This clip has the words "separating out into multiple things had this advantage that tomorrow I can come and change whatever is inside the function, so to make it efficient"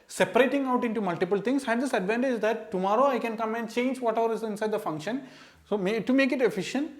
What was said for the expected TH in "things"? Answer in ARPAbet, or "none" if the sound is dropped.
T